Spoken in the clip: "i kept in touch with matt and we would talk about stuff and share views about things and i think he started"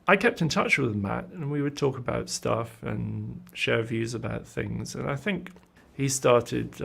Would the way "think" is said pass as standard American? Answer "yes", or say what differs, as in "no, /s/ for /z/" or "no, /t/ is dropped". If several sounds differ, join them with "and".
yes